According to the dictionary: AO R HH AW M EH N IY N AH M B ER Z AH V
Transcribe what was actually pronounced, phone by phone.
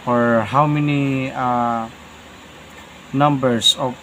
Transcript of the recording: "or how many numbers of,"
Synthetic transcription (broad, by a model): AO R HH AW M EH N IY N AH M B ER S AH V